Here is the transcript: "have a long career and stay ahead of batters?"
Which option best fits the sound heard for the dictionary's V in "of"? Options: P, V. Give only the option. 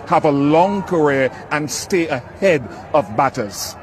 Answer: V